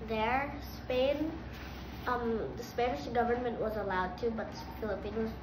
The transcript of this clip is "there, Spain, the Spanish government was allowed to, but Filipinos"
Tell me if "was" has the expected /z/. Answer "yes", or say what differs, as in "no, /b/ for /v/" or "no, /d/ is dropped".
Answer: yes